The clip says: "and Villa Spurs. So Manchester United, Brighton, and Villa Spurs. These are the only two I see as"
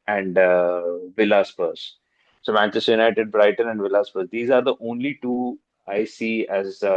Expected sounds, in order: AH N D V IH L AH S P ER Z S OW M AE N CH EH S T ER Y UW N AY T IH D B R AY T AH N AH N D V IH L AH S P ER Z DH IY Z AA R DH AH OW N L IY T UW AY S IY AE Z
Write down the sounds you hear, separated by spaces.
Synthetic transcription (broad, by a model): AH N D V IH L AH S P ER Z S OW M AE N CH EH S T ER Y UW N AY T IH D B R AY T AH N AH N D V IH L AH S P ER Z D IY Z AA R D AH OW N L IY T UW AY S IY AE Z